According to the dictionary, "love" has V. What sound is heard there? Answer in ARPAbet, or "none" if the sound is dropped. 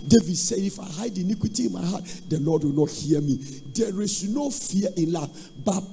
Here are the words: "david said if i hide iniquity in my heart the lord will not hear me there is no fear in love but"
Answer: F